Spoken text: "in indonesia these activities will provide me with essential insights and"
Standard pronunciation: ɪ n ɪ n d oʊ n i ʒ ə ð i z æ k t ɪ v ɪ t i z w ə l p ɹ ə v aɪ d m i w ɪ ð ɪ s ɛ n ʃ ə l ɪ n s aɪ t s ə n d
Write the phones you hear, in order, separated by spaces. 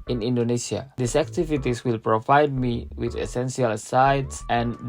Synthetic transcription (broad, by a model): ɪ n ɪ n d oʊ n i s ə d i s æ k t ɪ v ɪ t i s w ə l p ɹ ə v aɪ d m i w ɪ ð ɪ s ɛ n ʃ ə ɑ l s aɪ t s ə n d